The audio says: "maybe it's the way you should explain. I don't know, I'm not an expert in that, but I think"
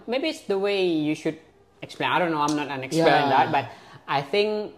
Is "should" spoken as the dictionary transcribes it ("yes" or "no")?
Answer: yes